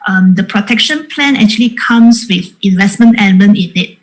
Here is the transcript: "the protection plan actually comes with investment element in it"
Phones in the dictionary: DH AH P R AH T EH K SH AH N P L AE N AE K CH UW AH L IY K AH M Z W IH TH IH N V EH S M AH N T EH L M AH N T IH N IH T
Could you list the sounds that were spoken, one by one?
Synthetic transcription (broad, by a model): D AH P R AH T EH K SH AH N P L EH N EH K CH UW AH L IY K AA M S W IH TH IH N V EH S M AH N T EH N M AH N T IH N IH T